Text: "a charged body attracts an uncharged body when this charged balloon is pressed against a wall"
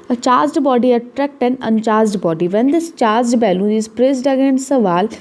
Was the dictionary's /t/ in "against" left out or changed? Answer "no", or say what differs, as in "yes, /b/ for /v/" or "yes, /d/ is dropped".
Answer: yes, /t/ is dropped